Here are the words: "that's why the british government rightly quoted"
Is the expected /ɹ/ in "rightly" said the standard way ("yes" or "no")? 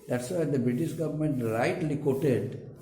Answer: no